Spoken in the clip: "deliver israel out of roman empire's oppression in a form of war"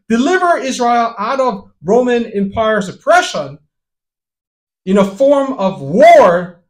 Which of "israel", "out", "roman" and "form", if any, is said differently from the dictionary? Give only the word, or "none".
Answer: none